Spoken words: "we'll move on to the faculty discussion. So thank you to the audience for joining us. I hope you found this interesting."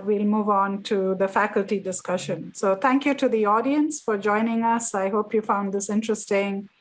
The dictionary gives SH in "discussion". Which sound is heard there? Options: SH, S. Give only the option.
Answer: SH